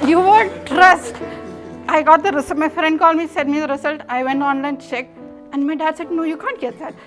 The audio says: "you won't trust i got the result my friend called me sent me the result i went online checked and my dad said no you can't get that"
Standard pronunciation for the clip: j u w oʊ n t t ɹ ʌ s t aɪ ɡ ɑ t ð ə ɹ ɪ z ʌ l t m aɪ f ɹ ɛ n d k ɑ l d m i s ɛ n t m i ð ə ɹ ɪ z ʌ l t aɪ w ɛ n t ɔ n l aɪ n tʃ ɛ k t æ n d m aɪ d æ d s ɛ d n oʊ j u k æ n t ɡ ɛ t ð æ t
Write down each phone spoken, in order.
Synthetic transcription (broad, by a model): j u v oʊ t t ɹ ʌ s t aɪ ɡ ɑ t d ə ɹ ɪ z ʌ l m aɪ f ɹ ɛ n d k ɑ l d m i s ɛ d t m i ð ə ɹ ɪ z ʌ l t aɪ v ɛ n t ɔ n l aɪ n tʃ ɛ k æ n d m aɪ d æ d s ɛ d n oʊ j u k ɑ n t ɡ ɛ t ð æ t